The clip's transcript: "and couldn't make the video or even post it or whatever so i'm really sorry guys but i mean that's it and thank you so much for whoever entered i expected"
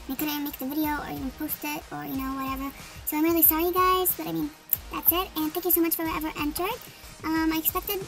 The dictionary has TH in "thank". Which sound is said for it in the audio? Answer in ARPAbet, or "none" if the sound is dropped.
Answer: TH